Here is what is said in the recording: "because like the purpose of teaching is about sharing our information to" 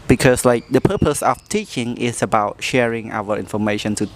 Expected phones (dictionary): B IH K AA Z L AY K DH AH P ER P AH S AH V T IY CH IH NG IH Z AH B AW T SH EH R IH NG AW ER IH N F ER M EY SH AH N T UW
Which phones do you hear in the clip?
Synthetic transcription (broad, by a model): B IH K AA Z L AY K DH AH P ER P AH S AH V T IY CH IH NG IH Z AH B AW T SH EH R IH NG AW ER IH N F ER M EY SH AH N T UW